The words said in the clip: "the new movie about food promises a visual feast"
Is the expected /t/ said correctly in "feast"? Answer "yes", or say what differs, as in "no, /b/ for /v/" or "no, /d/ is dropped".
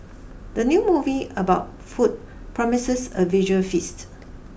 yes